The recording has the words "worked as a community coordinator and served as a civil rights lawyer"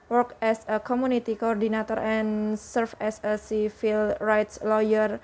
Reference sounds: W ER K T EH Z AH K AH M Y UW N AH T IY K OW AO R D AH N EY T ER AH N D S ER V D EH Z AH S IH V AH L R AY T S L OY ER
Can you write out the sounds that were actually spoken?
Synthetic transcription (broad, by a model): W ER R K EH S AH K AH M UW N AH T IY K OW AO R D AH N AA T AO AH N S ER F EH S AH S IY F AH L R AY T S L OY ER